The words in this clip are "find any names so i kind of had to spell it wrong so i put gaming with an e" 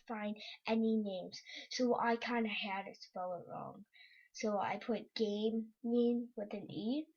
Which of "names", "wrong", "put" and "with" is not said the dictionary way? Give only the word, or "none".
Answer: none